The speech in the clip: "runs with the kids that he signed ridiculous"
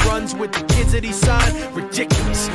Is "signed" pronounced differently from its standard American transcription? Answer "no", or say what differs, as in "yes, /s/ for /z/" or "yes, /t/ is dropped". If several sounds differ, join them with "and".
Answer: yes, /n/ is dropped